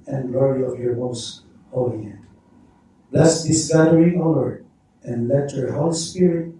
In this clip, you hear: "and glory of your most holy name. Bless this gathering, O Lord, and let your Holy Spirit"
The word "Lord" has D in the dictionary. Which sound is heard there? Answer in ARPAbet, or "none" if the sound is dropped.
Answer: none